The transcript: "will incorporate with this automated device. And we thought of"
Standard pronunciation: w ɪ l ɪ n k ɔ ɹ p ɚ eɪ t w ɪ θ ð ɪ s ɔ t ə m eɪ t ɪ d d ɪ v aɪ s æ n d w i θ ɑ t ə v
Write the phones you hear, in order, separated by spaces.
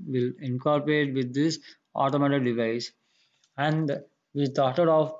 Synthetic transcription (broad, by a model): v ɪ l ɪ n k ɔ ɹ p ɚ eɪ t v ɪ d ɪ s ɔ t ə m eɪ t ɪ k d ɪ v aɪ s æ n d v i t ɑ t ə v